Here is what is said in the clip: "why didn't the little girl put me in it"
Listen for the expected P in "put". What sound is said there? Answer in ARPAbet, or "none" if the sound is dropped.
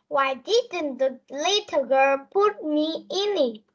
P